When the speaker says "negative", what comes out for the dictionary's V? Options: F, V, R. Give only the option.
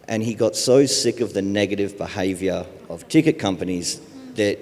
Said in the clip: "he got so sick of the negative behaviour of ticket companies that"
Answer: V